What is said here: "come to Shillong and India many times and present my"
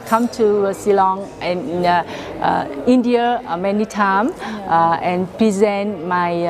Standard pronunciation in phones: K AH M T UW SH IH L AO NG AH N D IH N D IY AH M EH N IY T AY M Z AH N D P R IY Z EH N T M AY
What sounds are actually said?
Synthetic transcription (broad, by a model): K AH M T UW S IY L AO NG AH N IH N D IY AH M EH N IY T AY M AH N P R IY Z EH N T M AY